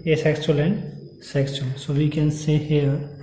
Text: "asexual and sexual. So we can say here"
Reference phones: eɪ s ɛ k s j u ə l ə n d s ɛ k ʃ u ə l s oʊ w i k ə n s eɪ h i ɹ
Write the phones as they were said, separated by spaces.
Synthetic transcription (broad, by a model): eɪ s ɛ k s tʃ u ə l ə n d s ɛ k s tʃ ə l s oʊ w i k ə n s eɪ h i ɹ